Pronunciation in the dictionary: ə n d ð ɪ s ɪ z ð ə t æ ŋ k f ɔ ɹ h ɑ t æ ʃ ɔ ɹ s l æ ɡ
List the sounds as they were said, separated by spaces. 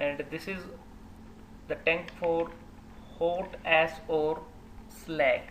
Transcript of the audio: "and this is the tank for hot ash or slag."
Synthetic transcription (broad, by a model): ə n d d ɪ s ɪ z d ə t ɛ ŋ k f ɔ ɹ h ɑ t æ s ɔ ɹ s l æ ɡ